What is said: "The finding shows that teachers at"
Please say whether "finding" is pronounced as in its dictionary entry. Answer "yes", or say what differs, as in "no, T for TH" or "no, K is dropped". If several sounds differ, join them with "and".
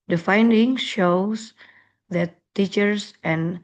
yes